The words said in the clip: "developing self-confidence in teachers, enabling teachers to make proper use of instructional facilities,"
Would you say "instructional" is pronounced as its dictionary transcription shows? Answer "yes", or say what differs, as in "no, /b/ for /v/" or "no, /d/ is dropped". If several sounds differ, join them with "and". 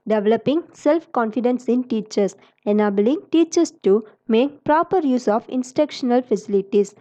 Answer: no, /ɹ/ is dropped